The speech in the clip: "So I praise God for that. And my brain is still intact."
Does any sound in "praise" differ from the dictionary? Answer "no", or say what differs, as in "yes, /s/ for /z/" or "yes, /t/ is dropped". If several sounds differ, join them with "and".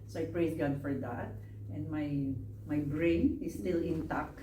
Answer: yes, /s/ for /z/